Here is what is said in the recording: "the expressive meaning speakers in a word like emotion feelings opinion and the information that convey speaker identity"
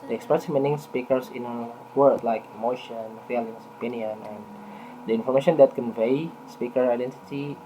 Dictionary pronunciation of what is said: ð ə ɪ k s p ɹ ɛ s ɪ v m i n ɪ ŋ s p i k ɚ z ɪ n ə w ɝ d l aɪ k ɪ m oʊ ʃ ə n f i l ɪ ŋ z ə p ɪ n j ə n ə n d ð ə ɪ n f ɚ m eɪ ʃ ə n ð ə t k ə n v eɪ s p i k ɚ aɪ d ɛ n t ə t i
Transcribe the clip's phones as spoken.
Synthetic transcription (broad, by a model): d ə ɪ k s p ɹ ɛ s m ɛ n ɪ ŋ s p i k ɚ s ɪ n ə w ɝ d l aɪ k ɪ m oʊ ʃ ə n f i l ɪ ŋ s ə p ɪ n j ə n ə n d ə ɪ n f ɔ m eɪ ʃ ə n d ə t k ə n v eɪ s p i k ɚ aɪ d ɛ n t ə t i